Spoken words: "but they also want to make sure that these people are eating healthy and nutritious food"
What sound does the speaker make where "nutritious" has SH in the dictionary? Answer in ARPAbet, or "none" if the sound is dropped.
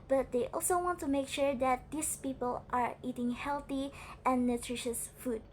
SH